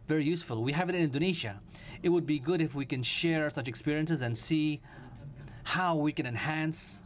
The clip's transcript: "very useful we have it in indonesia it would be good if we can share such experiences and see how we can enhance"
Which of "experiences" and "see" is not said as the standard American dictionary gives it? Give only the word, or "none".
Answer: none